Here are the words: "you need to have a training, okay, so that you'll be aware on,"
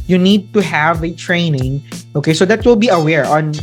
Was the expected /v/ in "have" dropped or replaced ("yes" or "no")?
no